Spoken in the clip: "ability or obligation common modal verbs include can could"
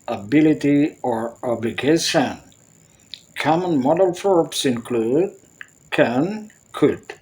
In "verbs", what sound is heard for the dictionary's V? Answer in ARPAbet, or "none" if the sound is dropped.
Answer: F